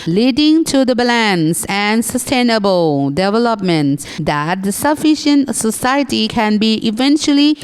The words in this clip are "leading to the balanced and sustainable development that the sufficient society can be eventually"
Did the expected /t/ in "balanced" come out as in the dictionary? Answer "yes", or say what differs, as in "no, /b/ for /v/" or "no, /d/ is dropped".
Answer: no, /t/ is dropped